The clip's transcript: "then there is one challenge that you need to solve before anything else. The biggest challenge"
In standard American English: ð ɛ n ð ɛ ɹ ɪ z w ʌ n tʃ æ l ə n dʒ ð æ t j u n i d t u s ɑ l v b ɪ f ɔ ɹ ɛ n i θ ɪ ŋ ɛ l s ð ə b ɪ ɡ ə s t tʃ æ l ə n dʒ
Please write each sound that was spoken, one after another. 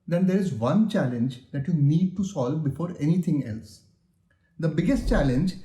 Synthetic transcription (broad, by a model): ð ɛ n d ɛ ɹ ɪ z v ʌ n tʃ æ l ə n dʒ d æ t j u n i d t u s ɑ l v b ɪ f ɔ ɹ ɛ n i t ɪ ŋ ɛ l s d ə b ɪ ɡ ə s t tʃ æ l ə n dʒ